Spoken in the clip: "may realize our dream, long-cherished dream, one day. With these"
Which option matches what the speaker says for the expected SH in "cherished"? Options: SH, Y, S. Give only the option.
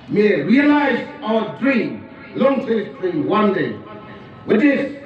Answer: S